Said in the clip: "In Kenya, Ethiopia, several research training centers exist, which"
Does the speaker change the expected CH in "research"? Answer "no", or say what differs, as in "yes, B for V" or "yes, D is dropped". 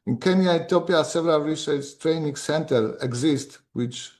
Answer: yes, S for CH